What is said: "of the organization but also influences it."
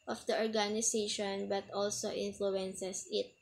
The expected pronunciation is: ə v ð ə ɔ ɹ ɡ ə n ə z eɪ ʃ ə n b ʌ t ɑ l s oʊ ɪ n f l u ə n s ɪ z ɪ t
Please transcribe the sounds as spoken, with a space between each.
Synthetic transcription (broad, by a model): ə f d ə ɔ ɹ ɡ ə n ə s eɪ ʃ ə n b ʌ t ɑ l s oʊ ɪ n f l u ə n s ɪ s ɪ t